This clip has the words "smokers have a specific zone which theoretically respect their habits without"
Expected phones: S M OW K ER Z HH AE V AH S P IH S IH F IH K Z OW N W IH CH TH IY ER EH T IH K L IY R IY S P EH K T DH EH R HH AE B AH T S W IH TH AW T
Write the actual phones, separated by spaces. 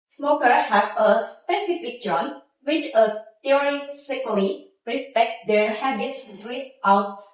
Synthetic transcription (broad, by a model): S M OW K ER HH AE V AH S P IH S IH F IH K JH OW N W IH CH T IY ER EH S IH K L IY R IY S P EH K T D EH R HH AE B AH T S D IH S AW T